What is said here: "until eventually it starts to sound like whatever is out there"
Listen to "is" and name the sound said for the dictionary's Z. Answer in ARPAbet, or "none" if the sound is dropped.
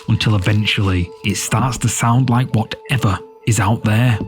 Z